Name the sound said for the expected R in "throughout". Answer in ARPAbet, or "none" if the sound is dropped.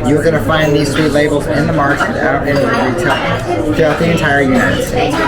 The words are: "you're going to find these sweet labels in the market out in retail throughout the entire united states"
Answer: none